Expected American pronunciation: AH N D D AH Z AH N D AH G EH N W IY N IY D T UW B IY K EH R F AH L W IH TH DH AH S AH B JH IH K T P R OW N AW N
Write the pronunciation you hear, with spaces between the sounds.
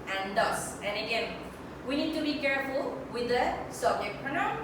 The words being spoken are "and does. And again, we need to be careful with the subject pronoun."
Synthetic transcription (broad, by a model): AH N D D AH S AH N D AH G EH N W IY N IY D T UW B IY K EH R F AH L W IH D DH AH S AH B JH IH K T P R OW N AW